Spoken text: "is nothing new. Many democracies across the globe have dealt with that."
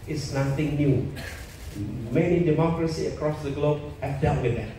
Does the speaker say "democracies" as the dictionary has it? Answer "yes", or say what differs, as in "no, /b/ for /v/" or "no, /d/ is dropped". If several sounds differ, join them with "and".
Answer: no, /z/ is dropped